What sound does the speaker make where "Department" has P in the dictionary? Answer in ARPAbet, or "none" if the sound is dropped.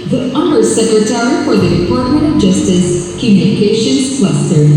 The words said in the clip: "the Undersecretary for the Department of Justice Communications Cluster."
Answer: F